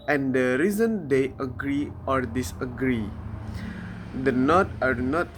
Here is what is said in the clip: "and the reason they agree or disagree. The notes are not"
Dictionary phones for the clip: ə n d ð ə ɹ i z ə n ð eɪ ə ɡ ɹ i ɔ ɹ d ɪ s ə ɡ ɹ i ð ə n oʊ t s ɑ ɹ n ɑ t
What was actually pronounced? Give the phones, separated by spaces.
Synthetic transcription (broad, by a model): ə n d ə ɹ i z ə n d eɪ ə ɡ ɹ i ɔ ɹ d ɪ s ə ɡ ɹ i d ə n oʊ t ɑ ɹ n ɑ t